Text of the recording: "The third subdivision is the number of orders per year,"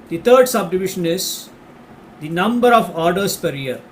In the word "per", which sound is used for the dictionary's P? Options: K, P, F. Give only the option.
P